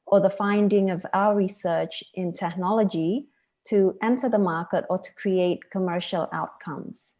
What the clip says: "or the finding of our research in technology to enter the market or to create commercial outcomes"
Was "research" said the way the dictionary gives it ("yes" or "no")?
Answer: yes